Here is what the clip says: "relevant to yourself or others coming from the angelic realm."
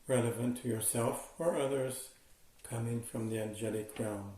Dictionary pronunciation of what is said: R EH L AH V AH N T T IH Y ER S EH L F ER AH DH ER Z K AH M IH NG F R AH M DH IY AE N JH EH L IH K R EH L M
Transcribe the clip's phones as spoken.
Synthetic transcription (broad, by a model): R EH L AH V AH N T T IH Y ER S EH L F ER AH DH ER Z K AH M IH NG F R AH M DH IY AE N JH EH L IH K R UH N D